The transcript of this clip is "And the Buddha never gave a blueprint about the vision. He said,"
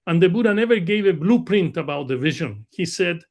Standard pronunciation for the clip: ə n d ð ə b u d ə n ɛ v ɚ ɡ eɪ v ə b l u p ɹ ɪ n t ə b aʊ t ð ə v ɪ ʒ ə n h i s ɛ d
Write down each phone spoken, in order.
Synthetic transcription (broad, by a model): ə n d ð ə b u d ə n ɛ v ɚ ɡ eɪ v ə b l u p ɹ ɪ n t ə b aʊ t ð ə v ɪ ʒ ə n h i s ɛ d